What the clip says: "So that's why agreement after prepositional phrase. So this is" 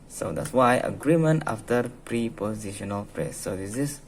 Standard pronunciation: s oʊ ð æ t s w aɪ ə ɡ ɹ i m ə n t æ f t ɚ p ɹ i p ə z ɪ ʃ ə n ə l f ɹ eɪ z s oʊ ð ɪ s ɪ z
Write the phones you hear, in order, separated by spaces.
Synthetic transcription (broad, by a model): s oʊ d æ t s w aɪ ə ɡ ɹ i m ə n t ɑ f t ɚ p ɹ i p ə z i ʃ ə n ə l p ɹ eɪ s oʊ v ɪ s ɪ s